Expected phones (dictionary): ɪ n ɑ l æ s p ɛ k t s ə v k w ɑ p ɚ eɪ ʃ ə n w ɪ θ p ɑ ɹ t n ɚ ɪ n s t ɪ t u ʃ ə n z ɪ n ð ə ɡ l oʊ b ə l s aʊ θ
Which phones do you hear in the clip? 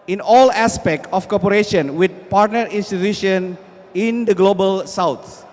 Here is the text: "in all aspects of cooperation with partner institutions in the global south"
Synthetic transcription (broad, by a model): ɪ n ɑ l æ s p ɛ k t ə f k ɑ p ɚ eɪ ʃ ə n w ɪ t p ɑ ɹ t n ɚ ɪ n s t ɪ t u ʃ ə n ɪ n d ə ɡ l oʊ b ə l s aʊ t